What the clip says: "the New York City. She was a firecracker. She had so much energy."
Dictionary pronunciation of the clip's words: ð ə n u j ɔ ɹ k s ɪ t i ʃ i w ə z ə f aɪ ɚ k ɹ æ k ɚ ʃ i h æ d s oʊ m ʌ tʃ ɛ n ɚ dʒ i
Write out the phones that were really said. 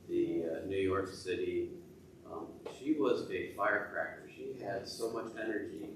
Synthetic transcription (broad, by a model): ð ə n u j ɔ ɹ k s ɪ t i ʃ i w ə z ə f aɪ ɚ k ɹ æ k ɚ ʃ i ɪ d s oʊ m ʌ tʃ ɛ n ɚ dʒ i